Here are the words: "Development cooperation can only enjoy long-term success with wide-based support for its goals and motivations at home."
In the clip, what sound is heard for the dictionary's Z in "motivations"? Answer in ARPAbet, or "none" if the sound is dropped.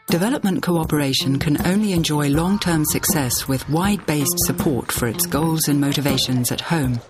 Z